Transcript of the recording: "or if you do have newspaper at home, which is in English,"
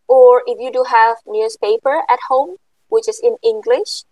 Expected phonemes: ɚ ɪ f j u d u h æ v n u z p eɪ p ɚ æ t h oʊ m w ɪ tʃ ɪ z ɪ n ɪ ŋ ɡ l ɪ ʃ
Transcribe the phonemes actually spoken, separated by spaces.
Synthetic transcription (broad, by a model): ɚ ɪ f j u d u h æ v n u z p eɪ p ɚ æ t h oʊ m w ɪ tʃ ɪ z ɪ n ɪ ŋ ɡ l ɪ ʃ